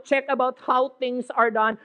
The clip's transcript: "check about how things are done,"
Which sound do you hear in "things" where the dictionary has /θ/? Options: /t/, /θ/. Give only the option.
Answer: /t/